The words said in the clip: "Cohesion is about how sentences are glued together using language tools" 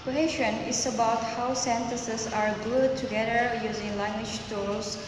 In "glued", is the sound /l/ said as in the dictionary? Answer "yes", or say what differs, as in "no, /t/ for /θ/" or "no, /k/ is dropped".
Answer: no, /l/ is dropped